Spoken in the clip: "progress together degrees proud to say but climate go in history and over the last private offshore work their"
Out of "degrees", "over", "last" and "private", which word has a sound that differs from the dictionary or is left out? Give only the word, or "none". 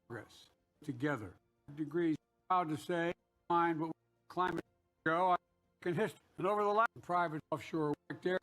last